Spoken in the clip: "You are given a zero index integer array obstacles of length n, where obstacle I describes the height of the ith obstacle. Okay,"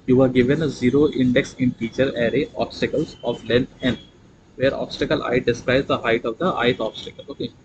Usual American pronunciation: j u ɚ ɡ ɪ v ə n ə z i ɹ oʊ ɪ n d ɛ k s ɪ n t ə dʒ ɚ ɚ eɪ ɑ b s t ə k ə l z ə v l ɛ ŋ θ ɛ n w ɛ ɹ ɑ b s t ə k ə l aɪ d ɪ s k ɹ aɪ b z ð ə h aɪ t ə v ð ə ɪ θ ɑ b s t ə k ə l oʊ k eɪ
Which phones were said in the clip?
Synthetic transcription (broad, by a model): j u ɚ ɡ ɪ v ə n ə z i ɹ oʊ ɪ n d ɛ k s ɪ n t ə tʃ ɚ ɚ eɪ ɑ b s t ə k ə l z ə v l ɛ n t ɛ n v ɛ ɹ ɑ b s t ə k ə l aɪ d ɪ s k ɹ aɪ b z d ə h aɪ t ə v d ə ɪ t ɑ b s t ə k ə l oʊ k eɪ